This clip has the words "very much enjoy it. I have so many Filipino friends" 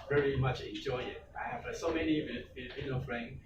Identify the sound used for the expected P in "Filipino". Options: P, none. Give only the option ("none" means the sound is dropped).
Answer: none